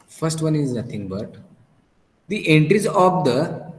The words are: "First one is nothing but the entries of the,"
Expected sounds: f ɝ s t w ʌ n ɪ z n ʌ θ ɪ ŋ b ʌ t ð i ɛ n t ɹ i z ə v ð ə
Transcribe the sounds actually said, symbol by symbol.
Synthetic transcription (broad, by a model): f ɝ s t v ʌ n ɪ z n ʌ t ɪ ŋ b ʌ t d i ɛ n t ɹ i z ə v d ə